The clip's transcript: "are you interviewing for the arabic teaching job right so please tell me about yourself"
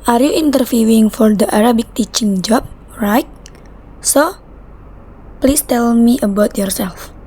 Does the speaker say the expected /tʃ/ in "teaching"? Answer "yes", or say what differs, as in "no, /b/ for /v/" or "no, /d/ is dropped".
yes